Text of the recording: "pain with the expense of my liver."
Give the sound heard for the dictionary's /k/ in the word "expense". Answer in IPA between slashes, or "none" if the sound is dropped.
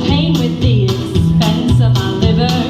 none